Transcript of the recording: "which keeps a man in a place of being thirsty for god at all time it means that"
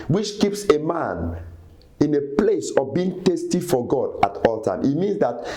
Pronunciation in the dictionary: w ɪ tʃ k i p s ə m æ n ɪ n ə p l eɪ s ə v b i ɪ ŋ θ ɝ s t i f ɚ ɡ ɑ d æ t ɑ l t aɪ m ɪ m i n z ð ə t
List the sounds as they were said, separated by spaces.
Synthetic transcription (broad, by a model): w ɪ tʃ k i p s ə m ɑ n ɪ n ə p l eɪ s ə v b i ɪ ŋ t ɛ s t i f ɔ ɡ ɑ d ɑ t ɑ l t aɪ m ɪ m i n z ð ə t